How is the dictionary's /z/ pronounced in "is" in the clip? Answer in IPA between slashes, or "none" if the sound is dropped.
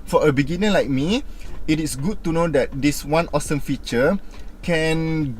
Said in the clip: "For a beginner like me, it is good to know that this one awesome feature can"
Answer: /s/